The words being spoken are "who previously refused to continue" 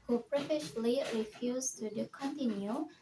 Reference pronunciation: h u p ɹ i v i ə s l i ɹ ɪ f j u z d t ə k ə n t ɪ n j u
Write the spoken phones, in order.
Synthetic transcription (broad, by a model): h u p ɹ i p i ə ʃ l i ɹ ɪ f j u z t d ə k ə n t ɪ n j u